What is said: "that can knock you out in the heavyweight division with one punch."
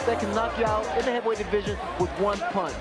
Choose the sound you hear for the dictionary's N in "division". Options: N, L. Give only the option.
N